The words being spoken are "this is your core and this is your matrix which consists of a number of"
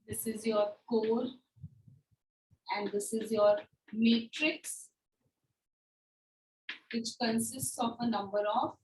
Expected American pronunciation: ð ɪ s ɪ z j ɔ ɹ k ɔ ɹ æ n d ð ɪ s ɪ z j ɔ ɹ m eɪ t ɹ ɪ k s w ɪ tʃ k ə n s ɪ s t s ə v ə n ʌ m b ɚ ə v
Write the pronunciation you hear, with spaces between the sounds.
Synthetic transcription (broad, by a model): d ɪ s ɪ z j ɔ ɹ k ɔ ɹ æ n d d ɪ s ɪ z j ɔ ɹ m eɪ t ɹ ɪ k s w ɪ tʃ k ə n s ɪ s t s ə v ə n ʌ m b ɚ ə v